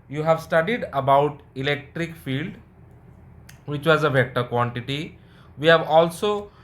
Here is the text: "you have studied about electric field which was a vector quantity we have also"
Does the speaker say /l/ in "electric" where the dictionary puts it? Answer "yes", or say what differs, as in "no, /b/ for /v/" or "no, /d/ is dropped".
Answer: yes